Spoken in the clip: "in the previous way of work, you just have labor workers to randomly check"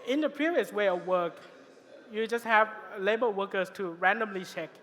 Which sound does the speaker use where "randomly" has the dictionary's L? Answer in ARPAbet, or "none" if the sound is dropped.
L